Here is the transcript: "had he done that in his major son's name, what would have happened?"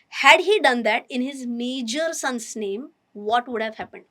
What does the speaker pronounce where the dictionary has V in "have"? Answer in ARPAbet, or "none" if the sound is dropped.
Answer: V